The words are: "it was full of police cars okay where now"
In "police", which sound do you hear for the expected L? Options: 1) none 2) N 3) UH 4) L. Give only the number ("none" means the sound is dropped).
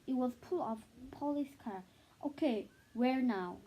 4